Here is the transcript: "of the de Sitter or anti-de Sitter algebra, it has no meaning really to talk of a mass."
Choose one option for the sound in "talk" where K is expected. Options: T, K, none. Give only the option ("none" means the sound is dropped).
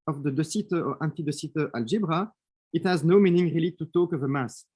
K